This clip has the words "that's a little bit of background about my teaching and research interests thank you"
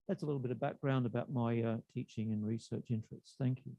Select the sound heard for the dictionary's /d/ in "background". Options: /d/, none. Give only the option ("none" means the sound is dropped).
/d/